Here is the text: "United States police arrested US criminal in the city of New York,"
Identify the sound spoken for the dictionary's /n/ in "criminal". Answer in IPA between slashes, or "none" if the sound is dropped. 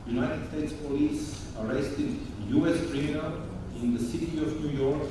none